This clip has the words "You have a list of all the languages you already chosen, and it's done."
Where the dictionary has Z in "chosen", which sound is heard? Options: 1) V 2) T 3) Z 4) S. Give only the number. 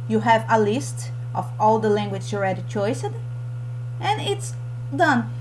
4